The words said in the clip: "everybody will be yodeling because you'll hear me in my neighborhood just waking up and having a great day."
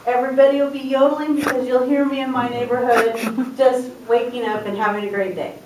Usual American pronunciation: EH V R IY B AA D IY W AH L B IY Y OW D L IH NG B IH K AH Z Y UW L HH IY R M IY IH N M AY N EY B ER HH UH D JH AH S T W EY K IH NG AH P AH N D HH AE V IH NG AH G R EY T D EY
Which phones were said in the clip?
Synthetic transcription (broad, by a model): EH V R IY B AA D IY W AH L B IY Y OW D L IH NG B IH K AH Z Y UW L HH IY R M IY IH N M AY N EY B ER HH UH D JH AH S T W EY K IH NG AH P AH N HH AE V IH NG AH G R EY T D EY